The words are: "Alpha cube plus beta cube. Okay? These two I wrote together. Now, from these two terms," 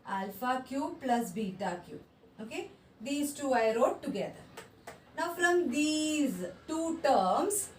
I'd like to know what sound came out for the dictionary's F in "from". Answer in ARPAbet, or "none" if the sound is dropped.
F